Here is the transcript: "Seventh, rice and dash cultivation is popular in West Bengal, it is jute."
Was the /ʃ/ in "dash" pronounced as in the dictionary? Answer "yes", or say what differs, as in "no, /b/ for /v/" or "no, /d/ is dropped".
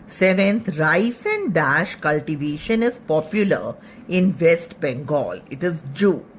yes